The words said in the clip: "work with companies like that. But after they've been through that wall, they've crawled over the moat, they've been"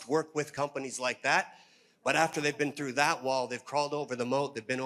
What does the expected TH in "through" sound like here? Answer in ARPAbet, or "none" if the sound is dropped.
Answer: TH